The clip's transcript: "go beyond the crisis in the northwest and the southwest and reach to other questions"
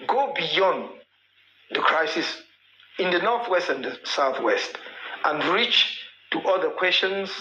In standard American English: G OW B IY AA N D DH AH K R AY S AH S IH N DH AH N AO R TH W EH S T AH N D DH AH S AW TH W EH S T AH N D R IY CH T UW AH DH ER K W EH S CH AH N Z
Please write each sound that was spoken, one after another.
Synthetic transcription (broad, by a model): G OW B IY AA N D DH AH K R AY S AH S IH N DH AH N AO R TH W EH S T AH N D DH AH S AW TH W EH S T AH N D R IY CH T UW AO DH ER K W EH S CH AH N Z